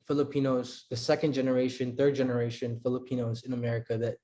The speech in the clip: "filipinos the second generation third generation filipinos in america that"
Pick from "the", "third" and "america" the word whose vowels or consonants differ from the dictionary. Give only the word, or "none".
none